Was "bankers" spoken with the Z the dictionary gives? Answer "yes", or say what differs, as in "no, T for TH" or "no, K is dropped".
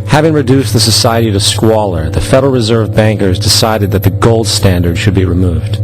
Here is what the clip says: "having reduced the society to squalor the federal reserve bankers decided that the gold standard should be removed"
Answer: yes